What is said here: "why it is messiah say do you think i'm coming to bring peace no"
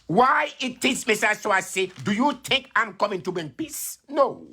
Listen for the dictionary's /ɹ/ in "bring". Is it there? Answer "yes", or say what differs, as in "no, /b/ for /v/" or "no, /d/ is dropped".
no, /ɹ/ is dropped